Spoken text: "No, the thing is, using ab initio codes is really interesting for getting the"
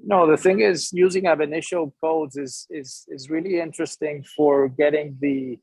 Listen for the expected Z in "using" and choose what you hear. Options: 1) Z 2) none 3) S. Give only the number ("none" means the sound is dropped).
1